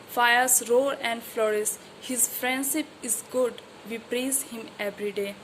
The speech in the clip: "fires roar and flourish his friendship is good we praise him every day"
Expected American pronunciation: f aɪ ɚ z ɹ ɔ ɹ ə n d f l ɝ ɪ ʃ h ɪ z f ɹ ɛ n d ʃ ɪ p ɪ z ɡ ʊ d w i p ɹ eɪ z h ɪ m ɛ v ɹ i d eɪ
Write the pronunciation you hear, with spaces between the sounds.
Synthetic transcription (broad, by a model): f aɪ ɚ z ɹ ɔ ɹ ə n d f l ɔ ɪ s h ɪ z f ɹ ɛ n d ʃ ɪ p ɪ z ɡ ʊ d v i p ɹ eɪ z h ɪ m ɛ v ɹ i d eɪ